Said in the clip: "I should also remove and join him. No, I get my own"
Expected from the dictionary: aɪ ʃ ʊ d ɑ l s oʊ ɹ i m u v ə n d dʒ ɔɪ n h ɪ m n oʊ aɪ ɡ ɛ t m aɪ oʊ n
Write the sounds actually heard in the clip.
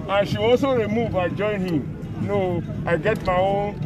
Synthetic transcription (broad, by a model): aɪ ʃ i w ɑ s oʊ ɹ i m u v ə dʒ ɔɪ n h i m n oʊ aɪ ɡ ɛ t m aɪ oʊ